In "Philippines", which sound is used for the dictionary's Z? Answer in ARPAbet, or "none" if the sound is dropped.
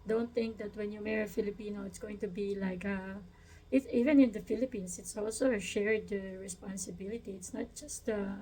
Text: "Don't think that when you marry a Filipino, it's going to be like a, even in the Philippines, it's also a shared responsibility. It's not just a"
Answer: S